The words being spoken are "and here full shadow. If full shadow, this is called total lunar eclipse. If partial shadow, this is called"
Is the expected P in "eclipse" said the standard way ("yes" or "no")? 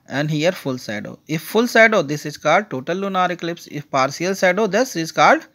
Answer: yes